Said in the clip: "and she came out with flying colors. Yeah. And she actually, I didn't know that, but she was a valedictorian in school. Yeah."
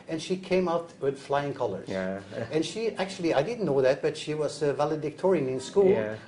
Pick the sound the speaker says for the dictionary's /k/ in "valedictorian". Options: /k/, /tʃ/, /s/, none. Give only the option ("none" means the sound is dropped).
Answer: /k/